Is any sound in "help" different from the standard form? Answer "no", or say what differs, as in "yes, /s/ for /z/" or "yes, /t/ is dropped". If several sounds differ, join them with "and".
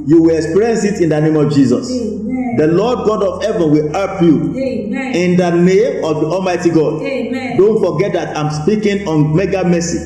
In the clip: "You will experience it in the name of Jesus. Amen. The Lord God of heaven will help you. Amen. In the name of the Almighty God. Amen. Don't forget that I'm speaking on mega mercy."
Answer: yes, /l/ is dropped